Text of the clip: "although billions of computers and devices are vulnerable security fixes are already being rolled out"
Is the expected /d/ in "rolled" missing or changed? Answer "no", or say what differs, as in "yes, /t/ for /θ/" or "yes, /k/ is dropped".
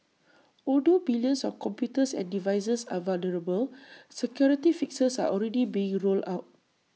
yes, /d/ is dropped